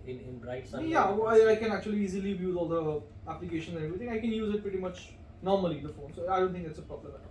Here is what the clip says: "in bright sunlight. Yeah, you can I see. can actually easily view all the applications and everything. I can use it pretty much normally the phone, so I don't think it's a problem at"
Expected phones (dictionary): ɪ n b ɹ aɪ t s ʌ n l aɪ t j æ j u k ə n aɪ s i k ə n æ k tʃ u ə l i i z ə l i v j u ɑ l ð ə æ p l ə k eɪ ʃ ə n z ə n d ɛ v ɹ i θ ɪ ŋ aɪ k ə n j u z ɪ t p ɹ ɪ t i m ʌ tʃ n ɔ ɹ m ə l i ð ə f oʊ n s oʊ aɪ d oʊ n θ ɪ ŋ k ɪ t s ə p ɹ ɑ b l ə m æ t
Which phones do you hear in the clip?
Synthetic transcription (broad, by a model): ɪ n b ɹ aɪ t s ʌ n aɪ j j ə aɪ k ə n æ k tʃ u ə l i i z ə l i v j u ɑ l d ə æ p l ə k eɪ ʃ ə n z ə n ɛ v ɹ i t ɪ ŋ aɪ k ə n j u z ɪ t p ɹ ɪ t i m ʌ tʃ n ɔ ɹ m ə l i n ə f oʊ n s oʊ aɪ d oʊ n t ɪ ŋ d ɪ t s ə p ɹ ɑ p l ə æ